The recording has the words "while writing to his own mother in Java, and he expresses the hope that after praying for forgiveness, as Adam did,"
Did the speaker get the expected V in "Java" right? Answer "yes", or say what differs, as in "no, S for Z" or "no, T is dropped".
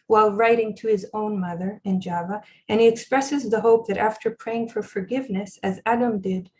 yes